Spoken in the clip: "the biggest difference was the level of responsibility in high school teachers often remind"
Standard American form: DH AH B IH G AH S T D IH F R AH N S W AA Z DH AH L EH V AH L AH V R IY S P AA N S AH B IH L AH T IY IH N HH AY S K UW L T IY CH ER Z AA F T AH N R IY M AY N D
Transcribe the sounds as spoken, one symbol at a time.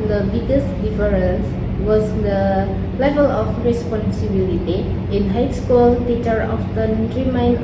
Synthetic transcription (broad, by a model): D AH B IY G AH S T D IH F R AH N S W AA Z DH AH L EH V AH L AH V R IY S P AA N S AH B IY L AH T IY IH N HH AY S K UW L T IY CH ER AA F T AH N R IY M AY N